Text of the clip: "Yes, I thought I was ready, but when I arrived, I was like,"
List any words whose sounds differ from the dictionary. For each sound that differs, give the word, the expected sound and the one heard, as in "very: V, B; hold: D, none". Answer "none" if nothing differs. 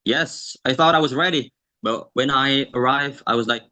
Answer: none